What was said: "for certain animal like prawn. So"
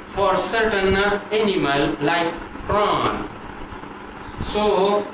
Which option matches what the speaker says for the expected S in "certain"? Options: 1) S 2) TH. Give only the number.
1